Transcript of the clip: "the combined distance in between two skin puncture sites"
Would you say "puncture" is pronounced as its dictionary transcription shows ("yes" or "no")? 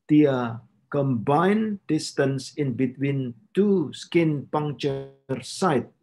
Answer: no